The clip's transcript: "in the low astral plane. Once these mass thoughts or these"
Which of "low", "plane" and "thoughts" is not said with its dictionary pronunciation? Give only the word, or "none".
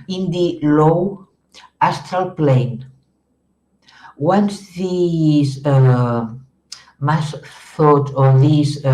thoughts